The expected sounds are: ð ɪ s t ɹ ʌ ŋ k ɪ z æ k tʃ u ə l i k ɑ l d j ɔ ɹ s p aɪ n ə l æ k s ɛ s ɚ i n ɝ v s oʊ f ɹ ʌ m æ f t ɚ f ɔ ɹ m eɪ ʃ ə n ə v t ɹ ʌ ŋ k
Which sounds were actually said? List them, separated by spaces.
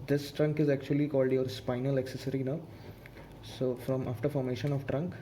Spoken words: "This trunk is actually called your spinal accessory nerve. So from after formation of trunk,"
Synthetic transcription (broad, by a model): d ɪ s t ɹ ʌ ŋ k ɪ z æ k tʃ u ə l i k ɑ l d j ɔ ɹ s p aɪ n ə l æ k s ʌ s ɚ i n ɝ s oʊ f ɹ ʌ m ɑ f t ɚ f ɔ ɹ m eɪ ʃ ə n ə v t ɹ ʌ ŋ k